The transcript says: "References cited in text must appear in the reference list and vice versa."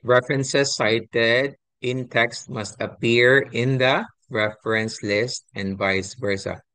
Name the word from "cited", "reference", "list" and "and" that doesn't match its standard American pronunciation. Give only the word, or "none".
none